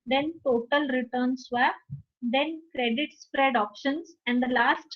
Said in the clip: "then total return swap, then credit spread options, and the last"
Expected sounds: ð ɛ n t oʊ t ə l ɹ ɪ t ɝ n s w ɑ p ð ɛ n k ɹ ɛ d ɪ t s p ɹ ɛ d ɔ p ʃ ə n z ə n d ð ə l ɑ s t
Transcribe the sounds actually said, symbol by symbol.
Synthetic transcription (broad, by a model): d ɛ n t oʊ t ə l ɹ ɪ t ɝ n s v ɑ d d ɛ n k ɹ ɛ d ɪ t s p ɹ ɛ d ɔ p ʃ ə n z ə n d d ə l ɑ s t